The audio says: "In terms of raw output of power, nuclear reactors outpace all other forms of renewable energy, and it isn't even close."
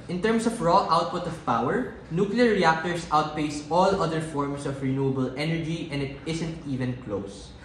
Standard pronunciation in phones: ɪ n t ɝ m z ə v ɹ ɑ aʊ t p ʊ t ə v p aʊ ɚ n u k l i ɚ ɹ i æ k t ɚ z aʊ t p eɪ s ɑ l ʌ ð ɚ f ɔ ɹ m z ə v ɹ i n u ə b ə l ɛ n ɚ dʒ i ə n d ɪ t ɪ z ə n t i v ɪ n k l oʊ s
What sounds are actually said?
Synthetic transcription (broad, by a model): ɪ n t ɝ m s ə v ɹ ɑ aʊ t p ʊ t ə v p aʊ ɚ n u k l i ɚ ɹ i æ k t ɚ s aʊ t p eɪ s ɑ l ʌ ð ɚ f ɔ ɹ m s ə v ɹ i n u ə b ə l ɛ n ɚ dʒ i ə n d ɪ t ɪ s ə n t i v ɪ n k l oʊ s